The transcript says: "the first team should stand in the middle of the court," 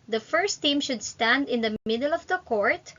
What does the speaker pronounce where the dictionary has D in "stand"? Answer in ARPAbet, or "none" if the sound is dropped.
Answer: D